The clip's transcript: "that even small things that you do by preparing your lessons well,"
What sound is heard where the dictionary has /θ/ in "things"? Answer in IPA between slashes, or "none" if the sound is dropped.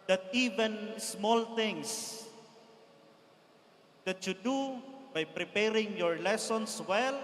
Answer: /t/